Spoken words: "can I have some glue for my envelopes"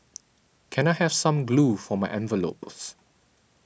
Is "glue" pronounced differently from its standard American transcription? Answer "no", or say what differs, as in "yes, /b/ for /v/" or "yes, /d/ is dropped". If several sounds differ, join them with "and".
no